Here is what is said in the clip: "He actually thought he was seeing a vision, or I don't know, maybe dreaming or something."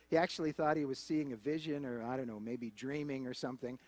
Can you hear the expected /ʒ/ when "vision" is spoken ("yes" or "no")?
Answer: yes